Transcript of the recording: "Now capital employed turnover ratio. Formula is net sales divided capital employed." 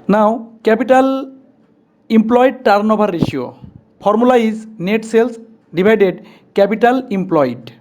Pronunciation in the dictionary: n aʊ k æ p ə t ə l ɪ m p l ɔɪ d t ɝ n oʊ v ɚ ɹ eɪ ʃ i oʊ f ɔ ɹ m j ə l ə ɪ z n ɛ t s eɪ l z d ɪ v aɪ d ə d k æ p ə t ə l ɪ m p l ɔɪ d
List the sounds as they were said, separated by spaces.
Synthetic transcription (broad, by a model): n aʊ k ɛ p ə t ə l ɪ m p l ɔɪ d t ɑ n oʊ b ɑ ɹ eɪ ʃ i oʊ p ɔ ɹ m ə l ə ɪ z n ɛ t s eɪ l s d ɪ b aɪ d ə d k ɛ p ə t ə l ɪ m p l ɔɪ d